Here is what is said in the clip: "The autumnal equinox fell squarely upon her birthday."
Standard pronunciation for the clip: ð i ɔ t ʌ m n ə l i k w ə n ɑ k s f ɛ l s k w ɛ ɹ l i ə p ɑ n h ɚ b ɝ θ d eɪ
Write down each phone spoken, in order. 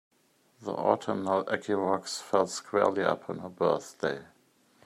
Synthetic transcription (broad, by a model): ð i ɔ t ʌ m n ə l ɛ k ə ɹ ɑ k s f ɛ l s k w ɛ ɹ l i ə p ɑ n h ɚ b ɝ θ d eɪ